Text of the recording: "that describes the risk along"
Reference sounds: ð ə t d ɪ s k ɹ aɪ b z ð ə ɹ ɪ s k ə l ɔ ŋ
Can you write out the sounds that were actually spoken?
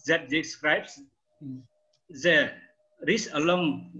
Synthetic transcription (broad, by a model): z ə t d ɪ s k ɹ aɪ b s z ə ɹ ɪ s ə l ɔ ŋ